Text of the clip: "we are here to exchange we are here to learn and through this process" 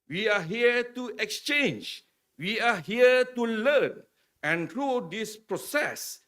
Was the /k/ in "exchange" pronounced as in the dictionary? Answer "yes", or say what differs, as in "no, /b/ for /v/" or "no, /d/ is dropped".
yes